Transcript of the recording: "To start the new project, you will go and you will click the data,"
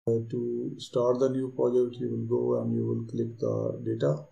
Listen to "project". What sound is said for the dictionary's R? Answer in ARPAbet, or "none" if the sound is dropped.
none